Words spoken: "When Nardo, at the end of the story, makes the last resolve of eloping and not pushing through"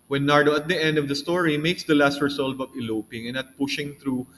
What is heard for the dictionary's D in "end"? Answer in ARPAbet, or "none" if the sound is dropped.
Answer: D